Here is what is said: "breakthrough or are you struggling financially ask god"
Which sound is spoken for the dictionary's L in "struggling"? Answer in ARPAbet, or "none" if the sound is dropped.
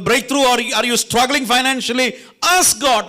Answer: L